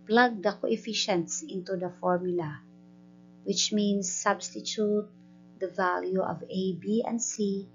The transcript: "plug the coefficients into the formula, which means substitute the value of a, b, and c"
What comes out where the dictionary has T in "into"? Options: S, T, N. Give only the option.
T